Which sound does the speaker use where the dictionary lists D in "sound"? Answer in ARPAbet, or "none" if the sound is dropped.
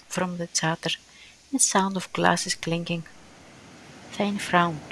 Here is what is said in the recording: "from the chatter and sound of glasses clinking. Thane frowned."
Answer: D